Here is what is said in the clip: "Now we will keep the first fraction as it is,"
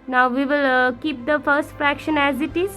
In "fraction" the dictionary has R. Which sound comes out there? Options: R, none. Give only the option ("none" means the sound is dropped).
R